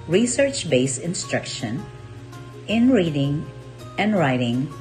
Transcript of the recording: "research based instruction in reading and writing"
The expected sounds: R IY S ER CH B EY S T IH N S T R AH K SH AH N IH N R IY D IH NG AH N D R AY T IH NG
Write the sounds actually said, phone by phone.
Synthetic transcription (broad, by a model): R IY S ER CH B EY S IH N S T R AH K SH AH N IH N R IY D IH NG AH N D R AY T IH NG